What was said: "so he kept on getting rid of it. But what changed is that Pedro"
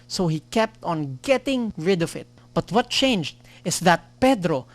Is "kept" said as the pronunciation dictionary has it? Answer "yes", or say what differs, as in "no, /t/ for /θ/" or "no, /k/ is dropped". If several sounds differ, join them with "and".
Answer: yes